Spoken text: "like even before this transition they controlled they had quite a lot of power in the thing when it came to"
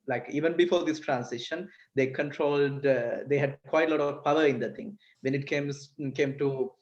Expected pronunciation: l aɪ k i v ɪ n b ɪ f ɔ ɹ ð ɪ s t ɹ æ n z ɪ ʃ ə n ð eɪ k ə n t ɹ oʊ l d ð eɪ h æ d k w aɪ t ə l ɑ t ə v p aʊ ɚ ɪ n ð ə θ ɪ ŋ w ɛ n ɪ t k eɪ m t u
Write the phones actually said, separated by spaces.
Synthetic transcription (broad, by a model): l aɪ k i v ɪ n b ɪ f ɔ ɹ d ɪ s t ɹ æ n s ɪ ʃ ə n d eɪ k ə n t ɹ oʊ l d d eɪ h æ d k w aɪ t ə l ɑ t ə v p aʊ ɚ ɪ n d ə t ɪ ŋ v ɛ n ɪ t k eɪ m t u